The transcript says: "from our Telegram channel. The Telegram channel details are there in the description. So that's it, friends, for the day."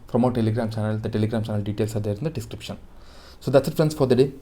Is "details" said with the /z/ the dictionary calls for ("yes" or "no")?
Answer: no